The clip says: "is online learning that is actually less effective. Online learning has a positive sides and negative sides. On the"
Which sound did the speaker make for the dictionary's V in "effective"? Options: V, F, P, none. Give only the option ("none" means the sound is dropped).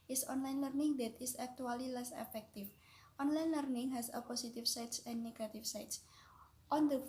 F